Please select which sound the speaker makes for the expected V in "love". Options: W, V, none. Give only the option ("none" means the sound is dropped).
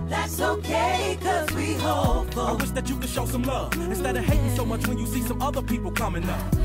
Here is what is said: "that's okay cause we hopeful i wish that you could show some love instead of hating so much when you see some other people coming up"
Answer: none